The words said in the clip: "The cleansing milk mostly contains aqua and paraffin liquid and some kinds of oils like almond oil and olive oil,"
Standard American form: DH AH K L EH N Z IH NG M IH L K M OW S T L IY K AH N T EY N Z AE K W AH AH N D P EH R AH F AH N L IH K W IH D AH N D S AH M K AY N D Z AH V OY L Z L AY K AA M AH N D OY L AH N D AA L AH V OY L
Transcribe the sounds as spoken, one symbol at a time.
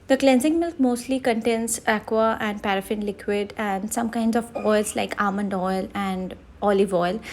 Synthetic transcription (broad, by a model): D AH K L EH N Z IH NG M IH L K M OW S T L IY K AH N T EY N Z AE K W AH AH N D P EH R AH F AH N L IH K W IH D AH N D S AH M K AY N D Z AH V OY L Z L AY K AA M AH N D OY L AH N D AA L AH V OY L